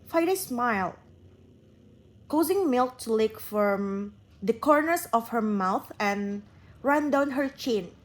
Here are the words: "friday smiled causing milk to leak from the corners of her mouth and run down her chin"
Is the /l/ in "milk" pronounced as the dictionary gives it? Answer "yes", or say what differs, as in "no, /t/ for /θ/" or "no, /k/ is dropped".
yes